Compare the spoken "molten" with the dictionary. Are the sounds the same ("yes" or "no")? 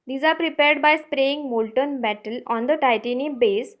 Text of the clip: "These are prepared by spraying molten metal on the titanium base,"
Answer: yes